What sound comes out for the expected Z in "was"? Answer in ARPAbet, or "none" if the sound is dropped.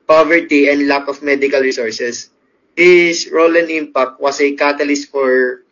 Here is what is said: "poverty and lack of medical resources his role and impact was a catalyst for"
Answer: S